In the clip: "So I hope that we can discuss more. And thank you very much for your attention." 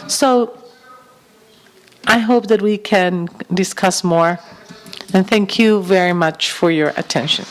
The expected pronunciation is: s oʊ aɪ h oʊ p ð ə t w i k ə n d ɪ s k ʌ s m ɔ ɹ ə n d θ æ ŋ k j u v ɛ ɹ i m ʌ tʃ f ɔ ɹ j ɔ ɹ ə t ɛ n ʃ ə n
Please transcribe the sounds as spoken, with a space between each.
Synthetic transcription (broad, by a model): s oʊ aɪ h oʊ p ð ə t w i k ə n d ɪ s k ʌ s m ɔ ɹ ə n θ æ ŋ k j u v ɛ ɹ i m ʌ tʃ f ɔ ɹ j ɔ ɹ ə t ɛ n ʃ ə n